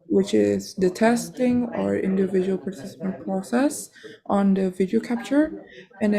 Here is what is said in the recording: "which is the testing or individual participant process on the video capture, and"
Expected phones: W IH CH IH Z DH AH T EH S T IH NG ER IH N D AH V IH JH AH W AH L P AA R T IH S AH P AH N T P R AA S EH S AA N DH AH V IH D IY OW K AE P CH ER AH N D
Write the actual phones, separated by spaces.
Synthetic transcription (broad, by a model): W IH CH IH Z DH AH T EH S T IH NG ER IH N D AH V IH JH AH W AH L P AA R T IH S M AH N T P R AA S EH S AA N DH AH V IH D IY OW K AE P CH ER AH N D